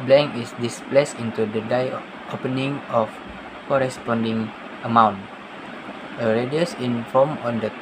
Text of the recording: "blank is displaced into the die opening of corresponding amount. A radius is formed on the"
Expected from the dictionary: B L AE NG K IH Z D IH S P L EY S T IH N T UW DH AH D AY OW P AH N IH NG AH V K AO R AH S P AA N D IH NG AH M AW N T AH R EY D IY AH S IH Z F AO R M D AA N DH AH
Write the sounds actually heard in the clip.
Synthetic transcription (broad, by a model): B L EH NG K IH S D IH S P L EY S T IH N T UW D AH D AY OW P AH N IH NG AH F K AO R AH S P AA N D IH NG AH M AW N T AH R EY D IY AH S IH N F AO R M AA N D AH